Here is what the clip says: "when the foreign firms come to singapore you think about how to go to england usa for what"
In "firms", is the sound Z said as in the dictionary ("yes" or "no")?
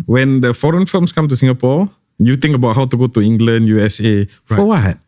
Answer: no